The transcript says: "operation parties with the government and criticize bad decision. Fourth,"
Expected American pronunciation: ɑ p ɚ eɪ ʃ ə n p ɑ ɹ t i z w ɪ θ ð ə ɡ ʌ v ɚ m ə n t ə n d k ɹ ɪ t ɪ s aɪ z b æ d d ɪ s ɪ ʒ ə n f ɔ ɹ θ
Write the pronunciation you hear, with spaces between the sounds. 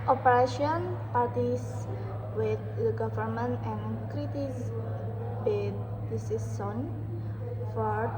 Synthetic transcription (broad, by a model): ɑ p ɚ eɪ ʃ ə n p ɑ ɹ t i s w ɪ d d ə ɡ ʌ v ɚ m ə n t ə n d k ɹ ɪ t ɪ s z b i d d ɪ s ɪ s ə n f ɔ ɹ